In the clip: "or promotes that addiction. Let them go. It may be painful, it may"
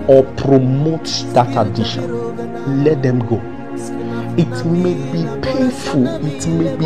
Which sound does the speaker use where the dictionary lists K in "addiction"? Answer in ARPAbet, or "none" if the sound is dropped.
none